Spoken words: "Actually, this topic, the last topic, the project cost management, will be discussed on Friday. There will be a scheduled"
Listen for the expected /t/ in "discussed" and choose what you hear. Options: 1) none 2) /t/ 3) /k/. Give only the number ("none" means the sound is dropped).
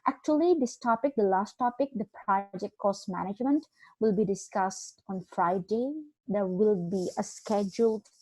2